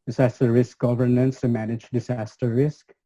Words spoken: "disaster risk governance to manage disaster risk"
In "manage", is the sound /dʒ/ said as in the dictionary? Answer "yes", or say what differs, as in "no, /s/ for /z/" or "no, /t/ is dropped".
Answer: yes